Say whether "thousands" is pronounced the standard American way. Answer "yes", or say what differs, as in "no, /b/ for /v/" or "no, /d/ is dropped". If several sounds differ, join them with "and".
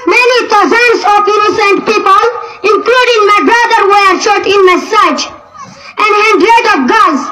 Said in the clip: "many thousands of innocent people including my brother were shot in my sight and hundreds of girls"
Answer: no, /t/ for /θ/